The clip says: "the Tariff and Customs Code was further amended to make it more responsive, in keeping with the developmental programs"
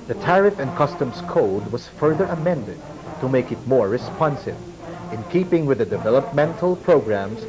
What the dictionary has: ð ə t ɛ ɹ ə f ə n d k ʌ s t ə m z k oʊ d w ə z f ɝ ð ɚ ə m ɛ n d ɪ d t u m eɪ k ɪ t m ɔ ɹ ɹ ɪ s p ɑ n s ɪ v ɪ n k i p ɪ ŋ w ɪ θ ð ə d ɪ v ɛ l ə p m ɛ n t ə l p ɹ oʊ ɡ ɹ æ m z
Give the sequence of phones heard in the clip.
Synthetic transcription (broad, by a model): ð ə t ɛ ɹ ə f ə n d k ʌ s t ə m s k oʊ d w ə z f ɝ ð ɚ ə m ɛ n d ɪ d t u m eɪ k ɪ t m ɔ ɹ ɹ ɪ s p ɑ n s ɪ v ɪ n k i p ɪ ŋ w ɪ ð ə d ɪ v ɛ l ə p m ɛ n t ə l p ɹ oʊ ɡ ɹ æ m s